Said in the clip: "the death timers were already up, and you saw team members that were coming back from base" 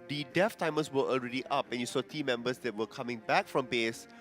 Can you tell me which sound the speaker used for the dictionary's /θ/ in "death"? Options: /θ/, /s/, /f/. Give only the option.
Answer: /f/